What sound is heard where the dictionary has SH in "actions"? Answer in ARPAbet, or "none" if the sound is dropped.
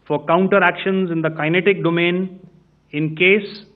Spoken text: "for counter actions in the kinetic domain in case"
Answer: SH